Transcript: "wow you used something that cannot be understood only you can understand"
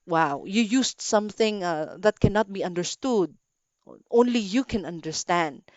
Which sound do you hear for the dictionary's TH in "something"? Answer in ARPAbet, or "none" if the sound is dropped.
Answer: TH